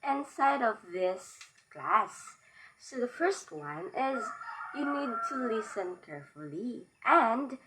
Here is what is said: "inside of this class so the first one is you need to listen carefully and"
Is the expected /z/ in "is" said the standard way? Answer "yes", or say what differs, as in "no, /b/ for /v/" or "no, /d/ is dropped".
yes